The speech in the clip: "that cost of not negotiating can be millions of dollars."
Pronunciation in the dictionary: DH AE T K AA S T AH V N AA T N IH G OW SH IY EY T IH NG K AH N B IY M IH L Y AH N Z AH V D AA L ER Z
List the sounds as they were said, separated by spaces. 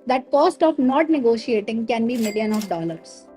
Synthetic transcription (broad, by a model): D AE T K AA S T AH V N AA T N IH G OW SH IY EY T IH NG K AH N B IY M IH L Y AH N AH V D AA L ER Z